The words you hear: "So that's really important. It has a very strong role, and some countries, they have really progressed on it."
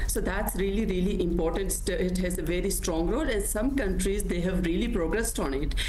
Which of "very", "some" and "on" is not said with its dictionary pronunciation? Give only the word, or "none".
none